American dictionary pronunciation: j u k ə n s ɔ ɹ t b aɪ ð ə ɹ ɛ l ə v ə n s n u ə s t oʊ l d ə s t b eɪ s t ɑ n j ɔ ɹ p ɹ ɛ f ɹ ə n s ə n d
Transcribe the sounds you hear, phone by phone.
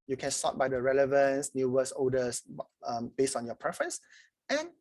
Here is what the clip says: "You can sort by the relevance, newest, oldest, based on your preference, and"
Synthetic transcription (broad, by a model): j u k ə n s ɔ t b aɪ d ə ɹ ɛ l ə v ə n s n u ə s oʊ d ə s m b eɪ s t ɑ n j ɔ p ɹ ɛ f ɹ ə n s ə n